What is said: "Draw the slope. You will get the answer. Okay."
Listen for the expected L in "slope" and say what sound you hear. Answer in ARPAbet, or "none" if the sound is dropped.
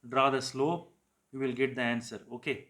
L